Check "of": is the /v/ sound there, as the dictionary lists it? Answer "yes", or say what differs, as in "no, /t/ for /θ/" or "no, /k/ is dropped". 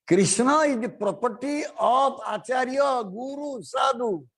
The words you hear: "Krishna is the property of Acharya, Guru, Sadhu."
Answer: no, /p/ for /v/